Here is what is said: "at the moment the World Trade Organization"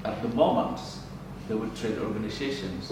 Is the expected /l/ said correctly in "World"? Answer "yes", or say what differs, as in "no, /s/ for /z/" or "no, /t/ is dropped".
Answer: no, /l/ is dropped